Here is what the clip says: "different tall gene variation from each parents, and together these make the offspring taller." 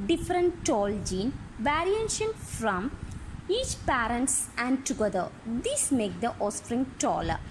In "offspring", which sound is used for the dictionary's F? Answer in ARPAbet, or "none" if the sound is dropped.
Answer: none